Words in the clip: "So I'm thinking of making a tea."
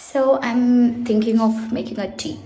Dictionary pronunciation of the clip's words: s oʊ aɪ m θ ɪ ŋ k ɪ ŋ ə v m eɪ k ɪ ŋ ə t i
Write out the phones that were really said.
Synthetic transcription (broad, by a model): s oʊ aɪ m t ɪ ŋ k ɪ ŋ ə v m eɪ k ɪ ŋ ə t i